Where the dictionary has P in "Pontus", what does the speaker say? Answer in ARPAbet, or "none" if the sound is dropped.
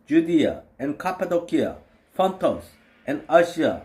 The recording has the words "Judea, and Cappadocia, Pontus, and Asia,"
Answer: F